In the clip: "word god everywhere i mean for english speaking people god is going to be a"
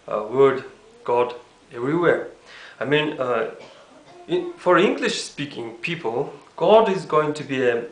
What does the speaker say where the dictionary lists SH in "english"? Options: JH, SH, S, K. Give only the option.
SH